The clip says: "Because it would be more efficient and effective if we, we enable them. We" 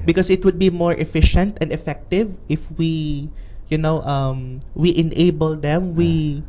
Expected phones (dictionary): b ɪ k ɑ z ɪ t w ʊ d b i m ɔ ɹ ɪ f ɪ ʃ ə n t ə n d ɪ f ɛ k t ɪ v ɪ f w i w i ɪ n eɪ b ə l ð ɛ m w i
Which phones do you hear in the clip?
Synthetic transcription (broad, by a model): b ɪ k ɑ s ɪ t w ʊ d b i m ɔ ɹ ɪ f ɪ ʃ ə n t ə n d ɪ f ɛ k t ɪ v ɪ f w i w i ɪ n eɪ b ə l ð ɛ m w i